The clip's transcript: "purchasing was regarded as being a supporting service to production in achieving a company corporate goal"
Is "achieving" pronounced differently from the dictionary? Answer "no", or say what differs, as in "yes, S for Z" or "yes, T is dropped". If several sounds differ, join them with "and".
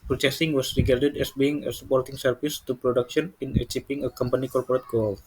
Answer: yes, P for V